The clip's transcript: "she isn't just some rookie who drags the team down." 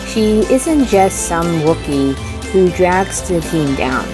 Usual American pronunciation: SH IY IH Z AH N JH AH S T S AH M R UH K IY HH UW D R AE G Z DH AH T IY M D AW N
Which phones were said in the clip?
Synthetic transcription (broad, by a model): SH IY IH Z AH N JH AH S T S AH M W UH K IY HH UW D R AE G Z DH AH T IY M D AW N